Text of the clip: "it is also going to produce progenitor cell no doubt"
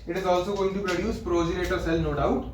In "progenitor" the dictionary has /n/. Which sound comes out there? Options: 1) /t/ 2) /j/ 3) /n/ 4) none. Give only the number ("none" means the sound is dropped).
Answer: 4